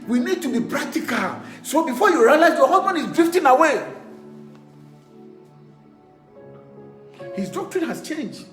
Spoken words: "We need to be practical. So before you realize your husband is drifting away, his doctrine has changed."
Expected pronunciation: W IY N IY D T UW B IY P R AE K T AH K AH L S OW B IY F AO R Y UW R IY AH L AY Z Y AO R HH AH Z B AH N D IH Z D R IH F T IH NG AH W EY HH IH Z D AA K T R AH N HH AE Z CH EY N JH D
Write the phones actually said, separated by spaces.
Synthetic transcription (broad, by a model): W IY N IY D T UW B IY P R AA K T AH K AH L S OW B IY F AO Y UW R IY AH L AY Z Y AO HH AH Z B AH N IH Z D R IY F T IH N AH W EY HH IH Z D AA K T R AH N HH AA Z CH EY N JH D